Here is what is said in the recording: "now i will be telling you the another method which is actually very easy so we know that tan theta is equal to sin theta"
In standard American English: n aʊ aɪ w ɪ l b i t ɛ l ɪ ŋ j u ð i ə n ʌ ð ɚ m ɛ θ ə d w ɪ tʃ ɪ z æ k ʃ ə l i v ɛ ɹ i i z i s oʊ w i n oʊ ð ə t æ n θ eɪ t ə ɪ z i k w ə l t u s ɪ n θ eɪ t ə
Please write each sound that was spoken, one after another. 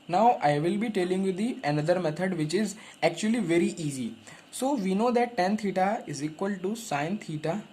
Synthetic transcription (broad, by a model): n aʊ aɪ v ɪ l b i t ɛ l ɪ ŋ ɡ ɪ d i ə n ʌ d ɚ m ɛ t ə d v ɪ tʃ ɪ z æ k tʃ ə l i v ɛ ɹ i i z i s oʊ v i n oʊ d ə t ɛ n t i t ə ɪ z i k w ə l t u s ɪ n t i t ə